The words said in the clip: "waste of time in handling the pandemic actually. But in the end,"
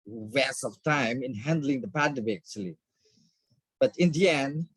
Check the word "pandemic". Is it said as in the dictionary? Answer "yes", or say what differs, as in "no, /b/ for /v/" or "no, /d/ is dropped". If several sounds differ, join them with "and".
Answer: no, /k/ is dropped